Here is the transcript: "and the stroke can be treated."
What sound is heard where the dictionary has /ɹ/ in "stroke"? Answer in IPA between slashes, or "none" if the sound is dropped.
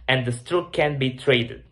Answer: none